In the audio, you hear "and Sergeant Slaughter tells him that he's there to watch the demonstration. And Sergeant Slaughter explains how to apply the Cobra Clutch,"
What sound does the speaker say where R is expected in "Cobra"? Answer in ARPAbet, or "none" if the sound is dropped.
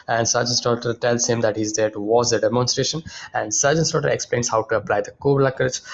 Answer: L